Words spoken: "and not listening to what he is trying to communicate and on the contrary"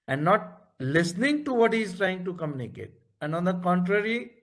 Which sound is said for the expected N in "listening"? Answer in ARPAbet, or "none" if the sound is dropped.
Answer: N